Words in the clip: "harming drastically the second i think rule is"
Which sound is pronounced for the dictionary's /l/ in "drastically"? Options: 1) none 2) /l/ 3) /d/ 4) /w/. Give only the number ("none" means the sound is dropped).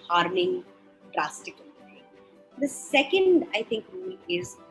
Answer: 1